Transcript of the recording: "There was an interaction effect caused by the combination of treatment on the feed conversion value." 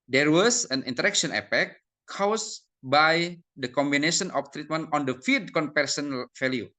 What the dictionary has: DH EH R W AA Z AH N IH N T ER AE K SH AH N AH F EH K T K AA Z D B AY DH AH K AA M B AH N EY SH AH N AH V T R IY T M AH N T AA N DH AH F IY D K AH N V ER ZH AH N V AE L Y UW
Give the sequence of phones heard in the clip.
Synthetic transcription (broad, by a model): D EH R W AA S AH N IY N T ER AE K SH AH N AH P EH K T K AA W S B AY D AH K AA M B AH N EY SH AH N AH F T R IY T M AH N T AA N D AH F IY D K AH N P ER S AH N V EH L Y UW